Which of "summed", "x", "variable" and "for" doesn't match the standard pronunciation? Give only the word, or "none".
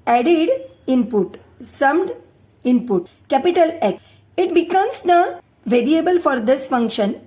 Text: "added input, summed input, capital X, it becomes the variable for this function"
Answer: x